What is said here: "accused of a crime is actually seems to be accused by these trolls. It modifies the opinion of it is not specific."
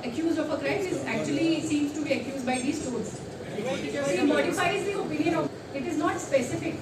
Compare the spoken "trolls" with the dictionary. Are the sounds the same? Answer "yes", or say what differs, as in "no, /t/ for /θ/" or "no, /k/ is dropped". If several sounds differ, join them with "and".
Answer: no, /ɹ/ is dropped